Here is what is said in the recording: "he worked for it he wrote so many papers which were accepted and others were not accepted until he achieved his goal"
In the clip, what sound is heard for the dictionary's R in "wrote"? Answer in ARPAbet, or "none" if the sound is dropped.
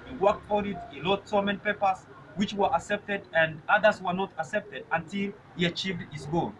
L